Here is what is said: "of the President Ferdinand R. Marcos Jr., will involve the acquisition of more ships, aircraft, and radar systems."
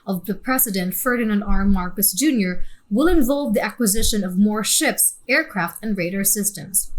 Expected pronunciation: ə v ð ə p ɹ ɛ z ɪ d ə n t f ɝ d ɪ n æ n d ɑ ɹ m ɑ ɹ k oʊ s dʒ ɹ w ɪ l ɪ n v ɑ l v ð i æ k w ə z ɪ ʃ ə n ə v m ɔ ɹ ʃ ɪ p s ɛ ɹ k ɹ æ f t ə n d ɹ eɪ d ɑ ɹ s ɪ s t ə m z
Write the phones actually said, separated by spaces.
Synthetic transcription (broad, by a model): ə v ð ə p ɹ ɛ s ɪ d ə n t f ɝ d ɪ n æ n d ɑ ɹ m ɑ ɹ k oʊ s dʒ ɹ w ɪ l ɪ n v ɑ l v ð i æ k w ə z ɪ ʃ ə n ə v m ɔ ɹ ʃ ɪ p s ɛ ɹ k ɹ æ f t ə n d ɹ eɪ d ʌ ɹ s ɪ s t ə m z